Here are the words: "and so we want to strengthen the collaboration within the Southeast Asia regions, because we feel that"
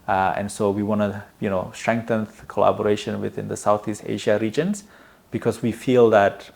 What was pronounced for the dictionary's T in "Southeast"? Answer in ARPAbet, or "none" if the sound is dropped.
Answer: T